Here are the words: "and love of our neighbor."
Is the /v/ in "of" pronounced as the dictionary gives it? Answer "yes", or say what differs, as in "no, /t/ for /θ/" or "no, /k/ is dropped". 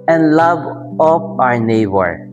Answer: no, /p/ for /v/